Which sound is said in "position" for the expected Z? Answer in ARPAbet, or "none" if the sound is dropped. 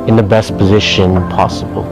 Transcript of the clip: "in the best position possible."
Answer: Z